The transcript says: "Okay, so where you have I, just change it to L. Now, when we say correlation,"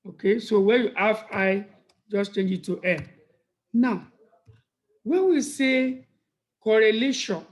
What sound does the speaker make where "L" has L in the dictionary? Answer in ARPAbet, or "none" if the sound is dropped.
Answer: N